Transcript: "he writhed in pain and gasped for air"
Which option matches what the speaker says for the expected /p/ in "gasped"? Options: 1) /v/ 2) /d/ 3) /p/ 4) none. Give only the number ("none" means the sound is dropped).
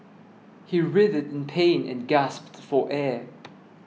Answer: 3